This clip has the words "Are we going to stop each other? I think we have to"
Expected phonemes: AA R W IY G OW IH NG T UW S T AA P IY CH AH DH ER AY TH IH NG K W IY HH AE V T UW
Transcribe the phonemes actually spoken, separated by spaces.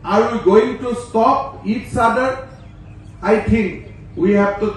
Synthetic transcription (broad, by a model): AA R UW G OW IH NG T UW S T AA P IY S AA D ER AY T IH NG K W IY HH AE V T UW